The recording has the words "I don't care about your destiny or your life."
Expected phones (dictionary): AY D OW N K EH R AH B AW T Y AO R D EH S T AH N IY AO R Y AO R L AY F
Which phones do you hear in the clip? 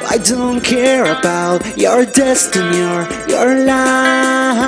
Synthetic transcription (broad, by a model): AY D OW N K EH R AH B AW T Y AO R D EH S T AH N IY AO R Y AO R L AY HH